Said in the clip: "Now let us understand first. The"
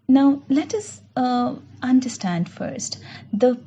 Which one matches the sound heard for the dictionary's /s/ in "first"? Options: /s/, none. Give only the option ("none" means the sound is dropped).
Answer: /s/